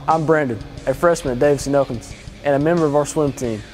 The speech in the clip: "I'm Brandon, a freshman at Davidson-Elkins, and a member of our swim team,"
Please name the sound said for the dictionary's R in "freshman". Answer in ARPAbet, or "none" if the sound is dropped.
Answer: R